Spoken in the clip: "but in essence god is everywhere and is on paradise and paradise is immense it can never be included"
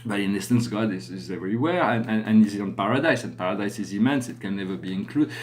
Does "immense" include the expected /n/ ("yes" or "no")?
yes